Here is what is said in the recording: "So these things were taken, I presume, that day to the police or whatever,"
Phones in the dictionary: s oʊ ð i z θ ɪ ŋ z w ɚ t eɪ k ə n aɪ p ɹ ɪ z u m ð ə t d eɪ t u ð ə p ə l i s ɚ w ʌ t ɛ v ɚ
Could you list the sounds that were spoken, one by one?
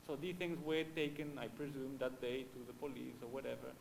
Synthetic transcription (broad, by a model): s oʊ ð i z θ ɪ ŋ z w ɚ t eɪ k ə n aɪ p ɹ ɪ z u m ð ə t d eɪ t u ð ə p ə l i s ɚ w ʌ t ɛ v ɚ